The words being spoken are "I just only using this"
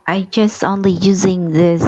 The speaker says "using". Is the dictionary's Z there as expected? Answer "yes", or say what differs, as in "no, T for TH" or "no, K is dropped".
yes